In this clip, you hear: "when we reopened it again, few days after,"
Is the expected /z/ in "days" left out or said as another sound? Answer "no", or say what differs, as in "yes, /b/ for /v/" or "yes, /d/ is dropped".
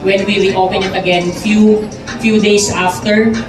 yes, /s/ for /z/